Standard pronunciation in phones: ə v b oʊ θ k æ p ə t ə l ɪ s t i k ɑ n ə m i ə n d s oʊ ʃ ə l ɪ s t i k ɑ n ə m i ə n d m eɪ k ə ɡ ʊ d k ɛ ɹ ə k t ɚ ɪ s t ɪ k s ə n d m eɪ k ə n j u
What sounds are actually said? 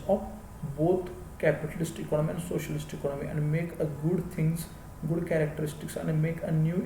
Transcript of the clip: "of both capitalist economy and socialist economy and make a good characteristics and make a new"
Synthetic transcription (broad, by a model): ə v b oʊ t k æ p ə t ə l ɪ s t i k ɑ n ə m i ə n d s oʊ ʃ ə l ɪ s t i k ɑ n ə m i ə n d m eɪ k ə ɡ ʊ d k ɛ ɹ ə k t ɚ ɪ s t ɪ k s ə n d m eɪ k ə n j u